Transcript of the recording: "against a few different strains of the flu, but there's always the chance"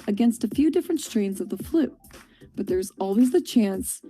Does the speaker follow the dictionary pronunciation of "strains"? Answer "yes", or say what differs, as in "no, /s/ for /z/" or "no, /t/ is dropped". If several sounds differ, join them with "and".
yes